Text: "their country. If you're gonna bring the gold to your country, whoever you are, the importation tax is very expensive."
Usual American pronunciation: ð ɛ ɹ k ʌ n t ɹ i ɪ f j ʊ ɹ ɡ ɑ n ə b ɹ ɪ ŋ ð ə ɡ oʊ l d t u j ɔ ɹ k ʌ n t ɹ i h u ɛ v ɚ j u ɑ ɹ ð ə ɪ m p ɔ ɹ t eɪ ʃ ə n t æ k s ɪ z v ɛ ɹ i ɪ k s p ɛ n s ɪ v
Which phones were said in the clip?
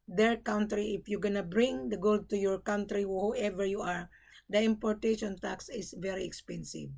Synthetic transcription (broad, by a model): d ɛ ɹ k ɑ n t ɹ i ɪ f j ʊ ɡ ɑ n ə b ɹ ɪ ŋ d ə ɡ oʊ l d t u j ɔ ɹ k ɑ n t ɹ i h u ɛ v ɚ j u ɑ ɹ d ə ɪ m p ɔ ɹ t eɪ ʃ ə n t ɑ k s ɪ s v ɛ ɹ i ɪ k s p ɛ n s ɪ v